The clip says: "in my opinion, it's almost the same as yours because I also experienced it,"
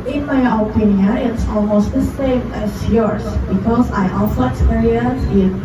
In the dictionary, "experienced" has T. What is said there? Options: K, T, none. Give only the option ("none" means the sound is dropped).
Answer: none